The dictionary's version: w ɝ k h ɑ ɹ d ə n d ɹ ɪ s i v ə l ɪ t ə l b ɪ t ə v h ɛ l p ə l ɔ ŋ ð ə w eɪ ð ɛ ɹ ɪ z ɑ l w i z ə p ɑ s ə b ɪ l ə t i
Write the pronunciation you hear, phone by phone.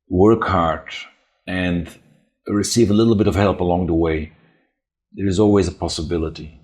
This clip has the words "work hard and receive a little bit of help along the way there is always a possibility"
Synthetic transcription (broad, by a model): w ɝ k h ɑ ɹ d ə n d ɹ ɪ s i v ə l ɪ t l b ɪ t ə v h ɛ l p ə l ɔ ŋ ð ə w eɪ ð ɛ ɹ ɪ z ɑ l w i z ə p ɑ s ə b ɪ l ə t i